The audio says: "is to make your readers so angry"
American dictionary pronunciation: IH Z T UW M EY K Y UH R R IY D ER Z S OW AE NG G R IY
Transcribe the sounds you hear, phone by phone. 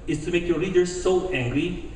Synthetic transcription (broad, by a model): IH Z T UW M EY K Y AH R L IY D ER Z S OW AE NG G R IY